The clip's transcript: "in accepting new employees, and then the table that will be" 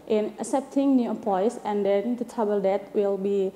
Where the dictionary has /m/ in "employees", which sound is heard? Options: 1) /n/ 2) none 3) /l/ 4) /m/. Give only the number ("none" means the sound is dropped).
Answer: 2